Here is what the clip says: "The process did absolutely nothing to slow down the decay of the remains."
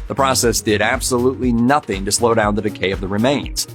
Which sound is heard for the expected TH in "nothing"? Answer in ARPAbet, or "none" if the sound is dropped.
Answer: TH